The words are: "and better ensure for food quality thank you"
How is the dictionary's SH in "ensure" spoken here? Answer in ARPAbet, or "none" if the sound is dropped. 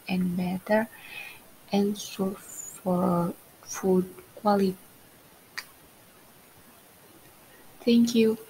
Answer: S